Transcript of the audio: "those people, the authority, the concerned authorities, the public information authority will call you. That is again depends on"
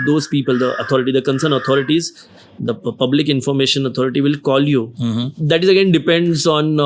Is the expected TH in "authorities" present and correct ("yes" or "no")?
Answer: no